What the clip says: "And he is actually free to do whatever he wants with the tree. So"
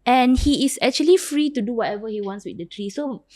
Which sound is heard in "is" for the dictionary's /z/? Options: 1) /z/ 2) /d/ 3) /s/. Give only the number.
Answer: 3